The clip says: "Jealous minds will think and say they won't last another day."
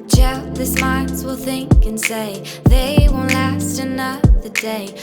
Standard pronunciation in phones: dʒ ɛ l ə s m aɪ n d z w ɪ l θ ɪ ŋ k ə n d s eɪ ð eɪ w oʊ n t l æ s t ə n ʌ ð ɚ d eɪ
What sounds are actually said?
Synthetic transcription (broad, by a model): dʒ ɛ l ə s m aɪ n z w ɪ l θ ɪ ŋ k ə n s eɪ ð eɪ w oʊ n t l æ s t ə n ʌ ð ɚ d eɪ